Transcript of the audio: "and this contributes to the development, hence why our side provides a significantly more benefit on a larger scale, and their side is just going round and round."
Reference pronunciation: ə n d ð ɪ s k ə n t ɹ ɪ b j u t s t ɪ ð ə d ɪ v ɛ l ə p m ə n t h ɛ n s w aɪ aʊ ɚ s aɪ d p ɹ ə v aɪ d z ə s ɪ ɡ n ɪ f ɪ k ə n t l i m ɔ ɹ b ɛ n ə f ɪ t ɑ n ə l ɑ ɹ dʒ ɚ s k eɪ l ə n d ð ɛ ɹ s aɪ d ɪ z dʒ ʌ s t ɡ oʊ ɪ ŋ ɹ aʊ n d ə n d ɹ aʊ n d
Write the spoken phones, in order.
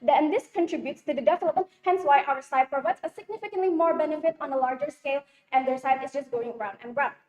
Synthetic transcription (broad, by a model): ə n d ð ɪ s k ə n t ɹ ɪ b j u t s t ɪ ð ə d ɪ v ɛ l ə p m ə n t h ɛ n s w aɪ aʊ ɚ s aɪ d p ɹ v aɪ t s ə s ɪ ɡ n ɪ f ɪ k ə n t l i m ɔ ɹ b ɛ n ə f ɪ t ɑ n ə l ɑ ɹ dʒ ɚ s k eɪ l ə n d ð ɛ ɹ s aɪ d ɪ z dʒ ʌ s t ɡ oʊ ɪ ŋ ɹ aʊ n d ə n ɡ ɹ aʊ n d